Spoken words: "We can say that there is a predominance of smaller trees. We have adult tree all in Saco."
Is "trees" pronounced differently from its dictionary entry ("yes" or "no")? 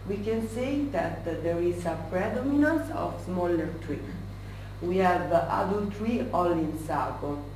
yes